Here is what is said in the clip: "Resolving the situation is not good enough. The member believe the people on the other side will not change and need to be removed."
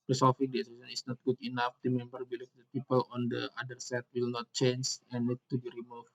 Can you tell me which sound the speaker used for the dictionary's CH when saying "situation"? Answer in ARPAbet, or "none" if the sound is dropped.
S